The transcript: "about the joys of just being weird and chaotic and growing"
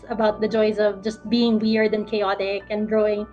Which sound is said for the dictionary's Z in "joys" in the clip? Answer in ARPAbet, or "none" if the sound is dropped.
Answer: Z